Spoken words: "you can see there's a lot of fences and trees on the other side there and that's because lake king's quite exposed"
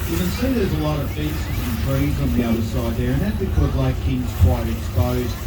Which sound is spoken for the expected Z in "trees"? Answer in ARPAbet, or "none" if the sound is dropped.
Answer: Z